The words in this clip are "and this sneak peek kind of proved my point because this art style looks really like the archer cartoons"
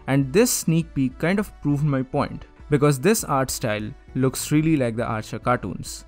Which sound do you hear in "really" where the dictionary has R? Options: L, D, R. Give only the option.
R